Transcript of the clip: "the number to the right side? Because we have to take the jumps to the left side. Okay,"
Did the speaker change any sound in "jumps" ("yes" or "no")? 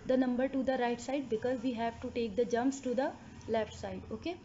no